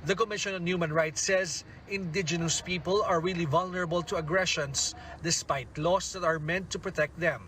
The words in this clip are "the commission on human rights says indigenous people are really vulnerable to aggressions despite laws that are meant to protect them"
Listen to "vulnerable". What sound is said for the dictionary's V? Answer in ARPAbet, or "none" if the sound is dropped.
V